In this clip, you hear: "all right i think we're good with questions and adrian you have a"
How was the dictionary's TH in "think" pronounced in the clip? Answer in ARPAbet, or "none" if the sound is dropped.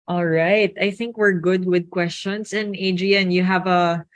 TH